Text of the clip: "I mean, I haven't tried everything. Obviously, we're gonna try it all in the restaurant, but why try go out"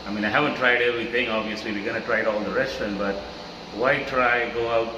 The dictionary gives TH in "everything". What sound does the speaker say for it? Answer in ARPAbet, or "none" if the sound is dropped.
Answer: T